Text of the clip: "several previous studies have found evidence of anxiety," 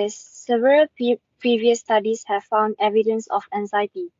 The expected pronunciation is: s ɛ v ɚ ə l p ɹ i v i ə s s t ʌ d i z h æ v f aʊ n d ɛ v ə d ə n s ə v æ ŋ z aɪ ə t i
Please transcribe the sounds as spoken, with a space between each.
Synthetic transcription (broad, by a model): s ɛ v ɚ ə l p ɹ i v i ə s s t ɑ d i s h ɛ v f aʊ n d ɛ v ə d ə n s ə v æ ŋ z aɪ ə t i